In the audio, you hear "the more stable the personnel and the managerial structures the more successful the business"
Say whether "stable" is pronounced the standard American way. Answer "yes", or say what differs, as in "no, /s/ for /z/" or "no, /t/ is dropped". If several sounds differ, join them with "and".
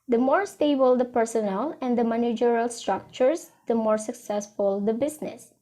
yes